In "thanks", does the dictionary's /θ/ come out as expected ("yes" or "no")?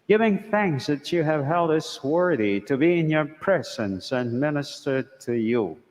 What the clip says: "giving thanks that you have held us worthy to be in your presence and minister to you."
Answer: yes